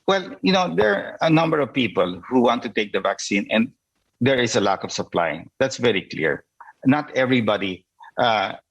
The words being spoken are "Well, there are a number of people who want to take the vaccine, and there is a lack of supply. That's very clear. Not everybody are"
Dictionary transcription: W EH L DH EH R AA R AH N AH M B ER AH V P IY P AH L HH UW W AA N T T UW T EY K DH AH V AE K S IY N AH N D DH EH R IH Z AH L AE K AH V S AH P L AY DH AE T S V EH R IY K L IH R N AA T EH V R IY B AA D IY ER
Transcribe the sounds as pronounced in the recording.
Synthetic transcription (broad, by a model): W EH L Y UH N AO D AH N AH M B ER AH V P IY P AH L HH UW W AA N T T UW T EY K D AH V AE K S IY N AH N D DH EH R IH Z AH L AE K AH V S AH P L AY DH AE T S V EH R IY K L IH R N AA T EH V R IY B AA D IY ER